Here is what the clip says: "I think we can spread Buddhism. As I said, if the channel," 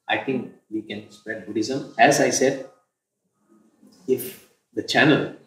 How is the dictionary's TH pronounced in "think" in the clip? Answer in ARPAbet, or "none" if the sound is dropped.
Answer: T